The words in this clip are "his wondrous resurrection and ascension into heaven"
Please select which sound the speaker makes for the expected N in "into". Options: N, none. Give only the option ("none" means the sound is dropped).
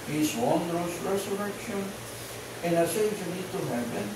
none